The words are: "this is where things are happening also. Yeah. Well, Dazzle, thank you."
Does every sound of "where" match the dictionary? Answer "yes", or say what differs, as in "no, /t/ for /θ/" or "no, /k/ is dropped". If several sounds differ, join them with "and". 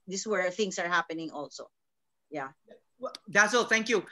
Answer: yes